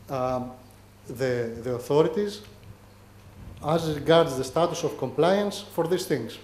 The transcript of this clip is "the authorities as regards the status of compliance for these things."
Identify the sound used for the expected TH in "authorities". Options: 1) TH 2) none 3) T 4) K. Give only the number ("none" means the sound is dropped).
1